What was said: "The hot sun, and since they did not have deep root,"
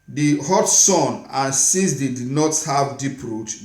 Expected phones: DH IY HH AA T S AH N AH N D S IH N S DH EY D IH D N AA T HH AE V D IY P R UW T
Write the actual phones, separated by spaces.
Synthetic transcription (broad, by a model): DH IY HH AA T S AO N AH N S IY S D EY D IH D N AA T HH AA V D IY P R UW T